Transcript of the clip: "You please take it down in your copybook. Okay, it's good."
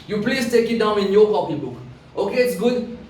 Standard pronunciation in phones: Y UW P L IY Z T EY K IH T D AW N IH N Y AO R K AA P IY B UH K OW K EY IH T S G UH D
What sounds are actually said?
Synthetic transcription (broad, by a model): Y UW P L IY S T EY K IH T D AW N IH N Y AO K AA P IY B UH K OW K EY IH T S G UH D